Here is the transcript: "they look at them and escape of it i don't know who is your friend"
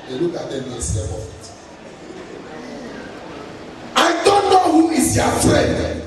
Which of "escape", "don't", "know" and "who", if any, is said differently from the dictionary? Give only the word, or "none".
escape